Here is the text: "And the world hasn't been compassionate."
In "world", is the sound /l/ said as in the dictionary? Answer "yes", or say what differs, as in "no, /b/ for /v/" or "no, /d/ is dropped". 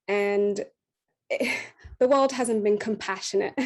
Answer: yes